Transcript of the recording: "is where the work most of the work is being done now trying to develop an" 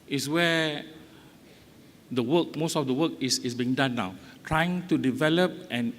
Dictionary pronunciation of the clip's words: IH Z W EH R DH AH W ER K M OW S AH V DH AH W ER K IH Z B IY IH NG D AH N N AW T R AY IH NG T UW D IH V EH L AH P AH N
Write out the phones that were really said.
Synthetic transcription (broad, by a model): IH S W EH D AH W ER K M OW S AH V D AH W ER K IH S B IY NG D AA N N AW T R AY IH NG T UW D IH V EH L AH P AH N